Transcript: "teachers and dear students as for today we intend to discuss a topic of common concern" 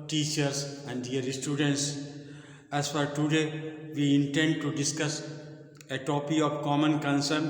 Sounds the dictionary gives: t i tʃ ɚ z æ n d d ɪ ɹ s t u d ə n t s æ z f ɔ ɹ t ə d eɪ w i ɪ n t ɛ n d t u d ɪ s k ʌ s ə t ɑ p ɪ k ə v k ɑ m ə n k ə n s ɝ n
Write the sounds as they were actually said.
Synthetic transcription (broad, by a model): t i tʃ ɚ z æ n d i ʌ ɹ s t u d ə n t s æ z f ɔ ɹ t ə d eɪ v i ɪ n t ɛ n d t u d ɪ s k ʌ s ə t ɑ p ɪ ə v k ɑ m ə n k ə n s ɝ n